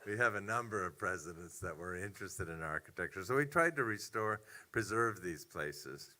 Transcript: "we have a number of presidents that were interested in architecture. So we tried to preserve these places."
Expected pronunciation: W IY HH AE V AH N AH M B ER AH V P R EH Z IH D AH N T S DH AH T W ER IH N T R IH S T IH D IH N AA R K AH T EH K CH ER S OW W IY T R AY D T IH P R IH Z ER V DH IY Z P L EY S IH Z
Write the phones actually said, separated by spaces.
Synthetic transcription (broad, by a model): W IY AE V AH N AH M B ER AH V P R EH Z IH D AH N T S DH AH T W ER IH N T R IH S T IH D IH N AA R K AH T EH K CH ER S OW W IY T R AY D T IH P R IH Z ER V DH IY Z P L EY S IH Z